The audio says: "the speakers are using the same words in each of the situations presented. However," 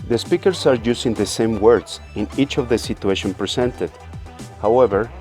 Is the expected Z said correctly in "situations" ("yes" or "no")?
no